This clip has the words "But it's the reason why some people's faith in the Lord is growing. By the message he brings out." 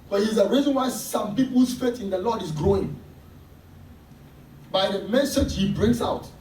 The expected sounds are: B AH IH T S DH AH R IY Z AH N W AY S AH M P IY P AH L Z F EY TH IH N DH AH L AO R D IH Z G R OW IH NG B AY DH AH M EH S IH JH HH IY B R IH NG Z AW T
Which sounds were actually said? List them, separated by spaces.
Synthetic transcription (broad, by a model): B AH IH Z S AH R IY Z AH N W AY S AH M P IY P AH L S F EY T IH N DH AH L AO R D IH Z G R OW IH NG B AY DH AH M EH S IH JH HH IY B R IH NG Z AW T